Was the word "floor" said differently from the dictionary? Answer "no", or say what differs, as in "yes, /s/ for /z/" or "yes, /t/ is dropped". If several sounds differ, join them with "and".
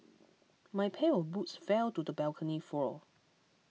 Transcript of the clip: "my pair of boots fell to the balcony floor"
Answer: yes, /l/ is dropped and /l/ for /ɹ/